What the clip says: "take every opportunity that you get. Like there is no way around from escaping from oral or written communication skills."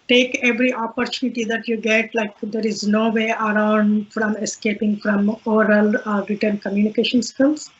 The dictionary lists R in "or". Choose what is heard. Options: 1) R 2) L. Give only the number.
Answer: 2